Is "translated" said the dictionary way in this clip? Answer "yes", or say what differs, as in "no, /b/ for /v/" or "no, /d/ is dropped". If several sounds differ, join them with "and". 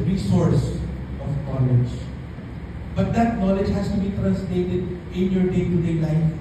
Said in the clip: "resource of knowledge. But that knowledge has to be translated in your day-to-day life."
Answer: no, /n/ is dropped